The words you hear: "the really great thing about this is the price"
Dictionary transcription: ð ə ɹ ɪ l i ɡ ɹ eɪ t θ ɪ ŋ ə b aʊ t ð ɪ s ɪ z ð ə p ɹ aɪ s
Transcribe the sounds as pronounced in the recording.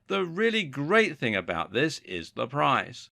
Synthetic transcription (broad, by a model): ð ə ɹ ɪ l i ɡ ɹ eɪ t θ ɪ ŋ ə b aʊ t ð ɪ s ɪ z ð ə p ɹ aɪ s